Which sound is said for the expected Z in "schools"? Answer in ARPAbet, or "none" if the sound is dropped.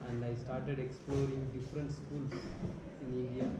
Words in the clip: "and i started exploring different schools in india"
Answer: S